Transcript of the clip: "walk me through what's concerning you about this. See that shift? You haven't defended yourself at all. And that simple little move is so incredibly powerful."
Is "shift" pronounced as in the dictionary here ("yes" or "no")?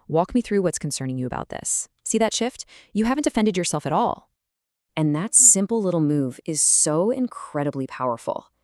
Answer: yes